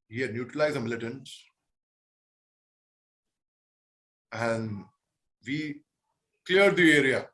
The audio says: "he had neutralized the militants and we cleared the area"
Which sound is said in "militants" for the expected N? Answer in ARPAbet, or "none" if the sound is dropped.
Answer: N